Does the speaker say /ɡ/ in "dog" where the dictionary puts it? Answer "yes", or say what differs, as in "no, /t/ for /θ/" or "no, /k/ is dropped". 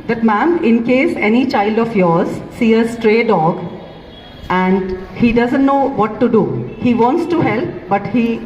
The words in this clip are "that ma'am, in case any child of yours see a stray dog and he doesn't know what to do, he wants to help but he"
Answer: yes